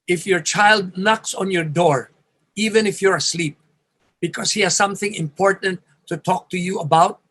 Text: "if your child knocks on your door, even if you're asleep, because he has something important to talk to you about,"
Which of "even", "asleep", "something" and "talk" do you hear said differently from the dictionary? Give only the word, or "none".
none